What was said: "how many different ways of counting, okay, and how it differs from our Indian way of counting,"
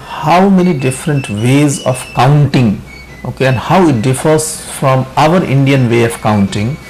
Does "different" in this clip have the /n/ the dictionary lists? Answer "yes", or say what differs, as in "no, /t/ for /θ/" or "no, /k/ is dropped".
yes